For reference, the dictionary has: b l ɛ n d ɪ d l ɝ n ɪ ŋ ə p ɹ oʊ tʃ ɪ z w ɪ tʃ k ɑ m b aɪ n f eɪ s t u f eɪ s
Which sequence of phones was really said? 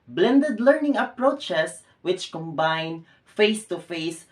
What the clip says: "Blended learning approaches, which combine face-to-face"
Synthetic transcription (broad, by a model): b l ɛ n d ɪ d l ɝ n ɪ ŋ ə p ɹ oʊ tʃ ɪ s w ɪ tʃ k ɑ m b aɪ n f eɪ s t u f eɪ s